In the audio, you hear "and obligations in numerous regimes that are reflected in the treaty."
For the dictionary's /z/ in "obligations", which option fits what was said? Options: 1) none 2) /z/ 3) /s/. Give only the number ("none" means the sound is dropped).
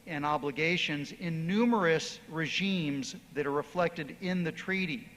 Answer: 2